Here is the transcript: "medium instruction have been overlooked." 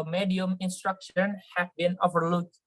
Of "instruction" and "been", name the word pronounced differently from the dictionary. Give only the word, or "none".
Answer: none